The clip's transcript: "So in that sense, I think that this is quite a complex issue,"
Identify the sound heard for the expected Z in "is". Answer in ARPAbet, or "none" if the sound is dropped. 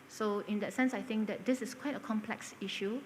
S